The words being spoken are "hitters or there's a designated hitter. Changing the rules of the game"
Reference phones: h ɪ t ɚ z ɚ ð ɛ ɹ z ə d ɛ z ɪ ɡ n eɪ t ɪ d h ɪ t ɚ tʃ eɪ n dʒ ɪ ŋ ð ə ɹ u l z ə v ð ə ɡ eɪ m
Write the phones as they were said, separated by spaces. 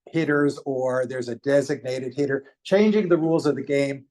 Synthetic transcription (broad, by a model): h ɪ t ɚ z ɚ ð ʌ ɹ z ə d ɛ z ɪ ɡ n eɪ t ɪ d h ɪ t ɚ tʃ eɪ n dʒ ɪ ŋ ð ə ɹ u l z ə v ð ə ɡ eɪ m